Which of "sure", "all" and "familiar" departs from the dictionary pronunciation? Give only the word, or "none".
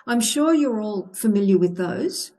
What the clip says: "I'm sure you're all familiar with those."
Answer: none